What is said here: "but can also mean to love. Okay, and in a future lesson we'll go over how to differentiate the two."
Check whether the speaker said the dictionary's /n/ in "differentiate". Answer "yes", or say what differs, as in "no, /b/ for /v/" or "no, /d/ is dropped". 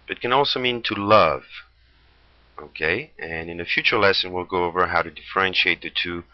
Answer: yes